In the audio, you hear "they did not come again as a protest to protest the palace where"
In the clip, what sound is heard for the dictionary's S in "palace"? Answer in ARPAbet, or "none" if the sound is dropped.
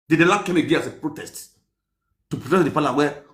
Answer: none